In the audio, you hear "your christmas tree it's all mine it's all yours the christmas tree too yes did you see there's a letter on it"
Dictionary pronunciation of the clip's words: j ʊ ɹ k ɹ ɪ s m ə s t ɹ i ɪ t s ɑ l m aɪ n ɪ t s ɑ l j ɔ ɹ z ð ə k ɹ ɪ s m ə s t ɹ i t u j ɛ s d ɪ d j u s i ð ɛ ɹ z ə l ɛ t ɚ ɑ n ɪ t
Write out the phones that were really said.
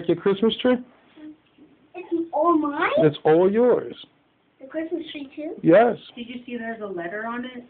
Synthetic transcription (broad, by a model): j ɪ k ɹ ɪ s m ə s t ɹ i ɪ t s ɑ l m aɪ ɪ t s ɑ l j ɔ ɹ z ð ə k ɹ ɪ s m ə s t ɹ i t u j ɛ s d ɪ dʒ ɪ s i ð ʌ ɹ z ə l ɛ t ɚ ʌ n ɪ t